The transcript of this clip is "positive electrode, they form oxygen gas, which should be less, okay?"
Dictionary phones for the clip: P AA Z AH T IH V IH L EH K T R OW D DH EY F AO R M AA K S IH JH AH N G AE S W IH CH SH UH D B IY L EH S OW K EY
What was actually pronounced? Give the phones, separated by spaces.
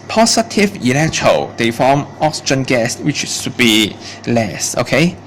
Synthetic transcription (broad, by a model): P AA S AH T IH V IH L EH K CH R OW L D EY F AO M AA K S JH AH N G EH S W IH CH S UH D B IY L EH S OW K EY